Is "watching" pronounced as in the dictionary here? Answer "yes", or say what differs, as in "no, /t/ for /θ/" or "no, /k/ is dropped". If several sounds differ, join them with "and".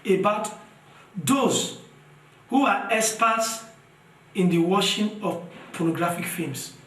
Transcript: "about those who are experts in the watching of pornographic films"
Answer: no, /ʃ/ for /tʃ/